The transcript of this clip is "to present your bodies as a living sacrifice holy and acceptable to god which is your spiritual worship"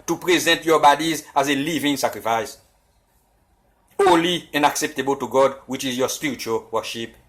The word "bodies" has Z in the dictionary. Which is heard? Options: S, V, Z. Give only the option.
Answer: Z